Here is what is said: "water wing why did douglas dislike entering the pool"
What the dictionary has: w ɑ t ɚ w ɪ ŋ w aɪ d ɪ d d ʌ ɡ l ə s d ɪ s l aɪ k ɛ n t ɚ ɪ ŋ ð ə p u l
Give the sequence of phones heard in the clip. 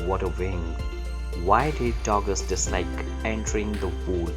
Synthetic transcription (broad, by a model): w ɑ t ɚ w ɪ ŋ w aɪ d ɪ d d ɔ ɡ ə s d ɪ s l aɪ k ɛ n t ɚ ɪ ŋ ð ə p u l